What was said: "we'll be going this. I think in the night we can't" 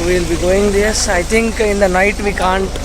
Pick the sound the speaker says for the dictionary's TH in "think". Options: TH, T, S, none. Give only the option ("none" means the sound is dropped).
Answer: T